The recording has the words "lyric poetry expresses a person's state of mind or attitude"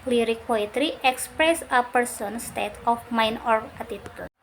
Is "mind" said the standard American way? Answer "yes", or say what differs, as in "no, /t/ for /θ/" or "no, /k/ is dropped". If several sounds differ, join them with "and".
no, /d/ is dropped